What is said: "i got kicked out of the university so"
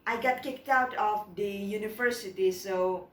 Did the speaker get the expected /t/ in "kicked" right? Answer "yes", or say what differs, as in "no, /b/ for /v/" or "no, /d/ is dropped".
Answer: yes